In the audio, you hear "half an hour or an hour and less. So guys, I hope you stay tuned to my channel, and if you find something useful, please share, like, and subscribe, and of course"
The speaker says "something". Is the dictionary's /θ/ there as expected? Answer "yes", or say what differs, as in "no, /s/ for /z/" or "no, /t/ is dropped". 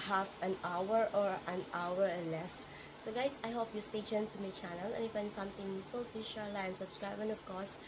no, /t/ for /θ/